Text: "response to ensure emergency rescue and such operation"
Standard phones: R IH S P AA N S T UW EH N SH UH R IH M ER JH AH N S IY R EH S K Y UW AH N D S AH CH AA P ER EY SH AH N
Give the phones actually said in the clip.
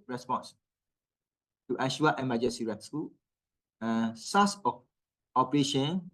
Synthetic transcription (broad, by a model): R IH S P AA N S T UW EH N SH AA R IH M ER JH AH N S IY R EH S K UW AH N S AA S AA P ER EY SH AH N